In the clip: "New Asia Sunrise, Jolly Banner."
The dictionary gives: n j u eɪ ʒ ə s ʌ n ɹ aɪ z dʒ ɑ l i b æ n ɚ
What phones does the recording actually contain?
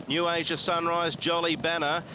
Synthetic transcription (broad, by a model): n j u eɪ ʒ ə s ʌ n ɹ aɪ z dʒ ɑ l i b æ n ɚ